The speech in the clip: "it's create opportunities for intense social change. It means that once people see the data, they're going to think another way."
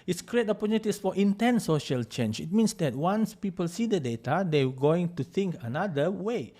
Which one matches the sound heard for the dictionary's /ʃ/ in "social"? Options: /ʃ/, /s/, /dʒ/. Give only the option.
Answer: /ʃ/